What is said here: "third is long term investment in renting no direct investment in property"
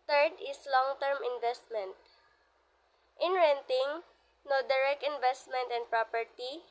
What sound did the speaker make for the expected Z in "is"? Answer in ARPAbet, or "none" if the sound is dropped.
S